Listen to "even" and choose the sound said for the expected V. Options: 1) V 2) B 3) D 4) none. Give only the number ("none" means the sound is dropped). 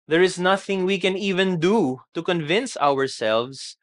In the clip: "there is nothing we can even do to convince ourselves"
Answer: 1